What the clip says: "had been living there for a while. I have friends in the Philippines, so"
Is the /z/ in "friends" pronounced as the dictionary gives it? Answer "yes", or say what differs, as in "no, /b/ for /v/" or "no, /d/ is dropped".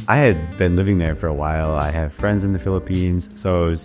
yes